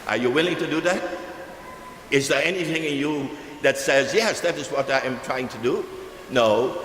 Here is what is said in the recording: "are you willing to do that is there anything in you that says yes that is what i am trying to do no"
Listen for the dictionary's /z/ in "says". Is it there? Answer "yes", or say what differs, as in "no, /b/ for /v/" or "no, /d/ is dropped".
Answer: yes